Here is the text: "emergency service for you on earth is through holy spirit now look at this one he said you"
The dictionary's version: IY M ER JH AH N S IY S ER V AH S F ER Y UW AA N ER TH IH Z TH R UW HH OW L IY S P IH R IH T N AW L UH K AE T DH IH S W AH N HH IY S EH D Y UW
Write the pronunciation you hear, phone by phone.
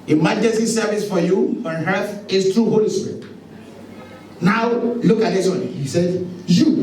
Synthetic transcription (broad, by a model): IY M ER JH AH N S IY S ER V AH S F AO Y UW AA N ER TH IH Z T R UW HH OW L IY S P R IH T N AW L UH K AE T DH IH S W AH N HH IY S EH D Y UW